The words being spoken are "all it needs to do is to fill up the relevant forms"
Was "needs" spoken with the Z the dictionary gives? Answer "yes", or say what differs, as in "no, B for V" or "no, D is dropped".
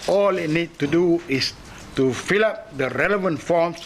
no, Z is dropped